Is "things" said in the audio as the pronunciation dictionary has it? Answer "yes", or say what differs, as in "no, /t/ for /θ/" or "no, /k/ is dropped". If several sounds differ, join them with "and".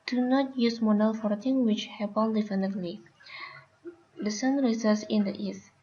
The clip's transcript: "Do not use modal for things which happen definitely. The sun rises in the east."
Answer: no, /z/ is dropped